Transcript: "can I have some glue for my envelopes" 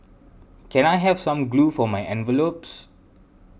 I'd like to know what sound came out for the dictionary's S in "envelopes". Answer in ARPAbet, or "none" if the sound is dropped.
S